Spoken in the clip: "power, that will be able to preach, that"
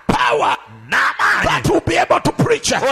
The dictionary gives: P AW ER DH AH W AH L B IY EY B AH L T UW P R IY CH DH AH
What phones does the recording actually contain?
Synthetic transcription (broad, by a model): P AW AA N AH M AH N B IY EY B AH L T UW P R IY CH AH